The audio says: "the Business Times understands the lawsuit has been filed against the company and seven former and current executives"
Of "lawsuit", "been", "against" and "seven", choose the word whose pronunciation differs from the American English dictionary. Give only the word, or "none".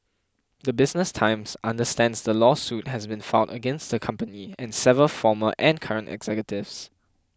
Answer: seven